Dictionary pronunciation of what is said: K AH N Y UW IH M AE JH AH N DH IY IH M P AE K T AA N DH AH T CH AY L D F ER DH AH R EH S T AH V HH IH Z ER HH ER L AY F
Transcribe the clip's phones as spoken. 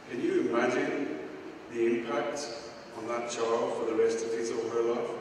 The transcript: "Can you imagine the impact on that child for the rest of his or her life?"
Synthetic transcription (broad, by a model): K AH N Y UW IH M AE JH AH N DH IY IH M P AE K T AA N DH AH T CH AY L D F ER DH AH R EH S T AH V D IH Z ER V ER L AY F